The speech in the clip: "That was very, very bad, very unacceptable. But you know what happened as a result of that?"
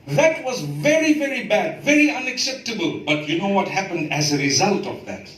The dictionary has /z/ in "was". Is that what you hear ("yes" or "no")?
yes